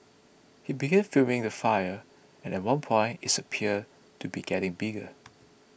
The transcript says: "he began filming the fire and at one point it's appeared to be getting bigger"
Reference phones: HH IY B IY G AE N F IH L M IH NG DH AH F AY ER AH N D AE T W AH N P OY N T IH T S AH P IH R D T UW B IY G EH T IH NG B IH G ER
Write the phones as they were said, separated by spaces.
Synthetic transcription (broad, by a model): HH IY B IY G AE N F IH M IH NG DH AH F AY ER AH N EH T W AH N P OY N T IH T S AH P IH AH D T UW B IY G EH T IH NG B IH G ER